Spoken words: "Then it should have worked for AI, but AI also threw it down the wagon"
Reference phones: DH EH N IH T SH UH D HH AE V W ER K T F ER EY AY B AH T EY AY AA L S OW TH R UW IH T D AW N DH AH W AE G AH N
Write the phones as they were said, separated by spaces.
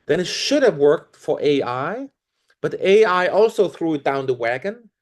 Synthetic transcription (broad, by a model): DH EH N IH T SH UH D HH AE V W ER K T F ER EY AY B AH T EY AY AA L S OW TH R UW IH T D AW N DH AH W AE G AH N